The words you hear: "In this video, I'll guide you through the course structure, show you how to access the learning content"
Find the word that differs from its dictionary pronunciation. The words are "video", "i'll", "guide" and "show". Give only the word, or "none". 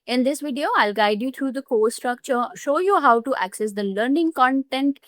none